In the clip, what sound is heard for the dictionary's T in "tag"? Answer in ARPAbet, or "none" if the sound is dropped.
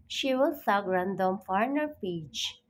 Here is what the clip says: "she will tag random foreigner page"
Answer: S